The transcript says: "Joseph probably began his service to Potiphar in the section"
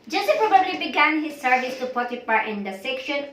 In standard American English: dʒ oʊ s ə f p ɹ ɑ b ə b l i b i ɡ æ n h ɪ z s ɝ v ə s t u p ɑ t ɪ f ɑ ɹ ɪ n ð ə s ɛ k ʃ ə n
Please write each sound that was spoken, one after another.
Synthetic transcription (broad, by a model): dʒ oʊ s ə p ɹ ɑ b ə b l i b i ɡ æ n h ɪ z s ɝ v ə s t u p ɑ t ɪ p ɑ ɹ ɪ n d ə s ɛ k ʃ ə n